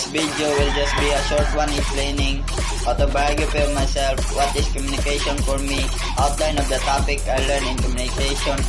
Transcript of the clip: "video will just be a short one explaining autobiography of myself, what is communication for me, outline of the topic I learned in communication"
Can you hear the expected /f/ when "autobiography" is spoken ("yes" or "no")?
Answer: no